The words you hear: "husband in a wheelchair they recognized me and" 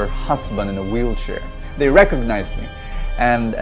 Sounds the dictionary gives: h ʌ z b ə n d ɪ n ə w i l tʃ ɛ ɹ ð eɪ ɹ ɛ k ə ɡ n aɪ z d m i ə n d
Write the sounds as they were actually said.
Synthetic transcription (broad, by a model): h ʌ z b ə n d ɪ n ə w i l tʃ ɛ ɹ ð eɪ ɹ ɛ k ə ɡ n aɪ z d m i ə n